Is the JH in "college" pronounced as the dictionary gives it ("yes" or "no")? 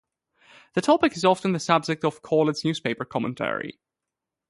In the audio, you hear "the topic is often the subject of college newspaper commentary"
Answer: no